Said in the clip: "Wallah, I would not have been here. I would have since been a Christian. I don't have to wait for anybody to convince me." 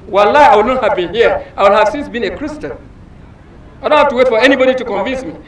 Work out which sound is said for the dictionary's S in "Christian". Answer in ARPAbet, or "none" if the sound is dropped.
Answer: S